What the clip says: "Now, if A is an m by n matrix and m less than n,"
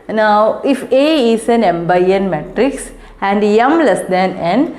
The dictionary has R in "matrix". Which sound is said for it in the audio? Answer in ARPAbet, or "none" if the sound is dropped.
R